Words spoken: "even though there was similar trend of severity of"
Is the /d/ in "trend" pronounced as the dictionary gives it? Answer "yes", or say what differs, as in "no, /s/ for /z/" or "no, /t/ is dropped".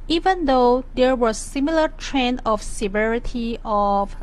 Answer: no, /d/ is dropped